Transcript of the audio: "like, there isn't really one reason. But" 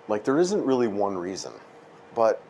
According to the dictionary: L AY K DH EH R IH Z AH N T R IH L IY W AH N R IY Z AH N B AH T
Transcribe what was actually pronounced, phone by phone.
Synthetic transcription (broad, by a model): L AY K DH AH R IH Z AH N T R IH L IY W AH N R IY Z AH N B AH T